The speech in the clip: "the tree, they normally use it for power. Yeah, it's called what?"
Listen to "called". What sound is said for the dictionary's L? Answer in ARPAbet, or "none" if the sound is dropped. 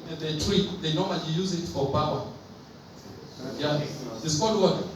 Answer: none